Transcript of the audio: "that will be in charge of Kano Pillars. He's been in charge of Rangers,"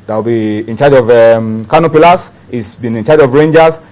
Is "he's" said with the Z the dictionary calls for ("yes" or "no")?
no